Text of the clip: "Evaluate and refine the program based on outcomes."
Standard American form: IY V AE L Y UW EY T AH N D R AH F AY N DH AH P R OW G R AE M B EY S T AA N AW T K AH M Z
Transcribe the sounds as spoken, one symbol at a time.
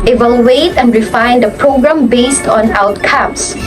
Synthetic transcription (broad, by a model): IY V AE L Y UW EY T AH N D R AH F AY N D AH P R OW G R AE M B EY S T AA N AW T K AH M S